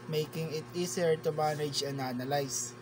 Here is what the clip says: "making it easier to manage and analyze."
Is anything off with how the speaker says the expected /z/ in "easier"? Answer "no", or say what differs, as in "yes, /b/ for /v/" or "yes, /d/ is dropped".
yes, /s/ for /z/